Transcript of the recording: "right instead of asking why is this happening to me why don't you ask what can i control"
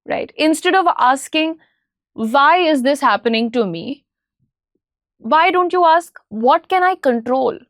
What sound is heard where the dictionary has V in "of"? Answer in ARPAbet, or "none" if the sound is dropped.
V